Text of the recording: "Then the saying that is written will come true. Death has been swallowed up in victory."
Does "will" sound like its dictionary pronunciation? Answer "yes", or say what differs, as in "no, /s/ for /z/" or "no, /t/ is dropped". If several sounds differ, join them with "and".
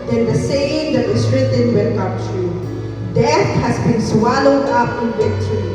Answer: no, /n/ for /l/